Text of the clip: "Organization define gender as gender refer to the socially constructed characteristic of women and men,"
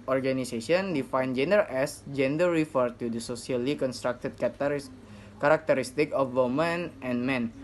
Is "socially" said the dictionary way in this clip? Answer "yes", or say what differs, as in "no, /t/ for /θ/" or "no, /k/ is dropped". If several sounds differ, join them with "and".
no, /s/ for /ʃ/